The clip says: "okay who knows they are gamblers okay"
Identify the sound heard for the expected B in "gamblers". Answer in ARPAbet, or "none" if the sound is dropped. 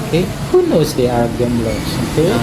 none